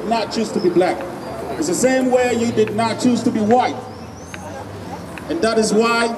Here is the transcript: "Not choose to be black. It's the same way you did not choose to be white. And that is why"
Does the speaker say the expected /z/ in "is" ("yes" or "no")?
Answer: yes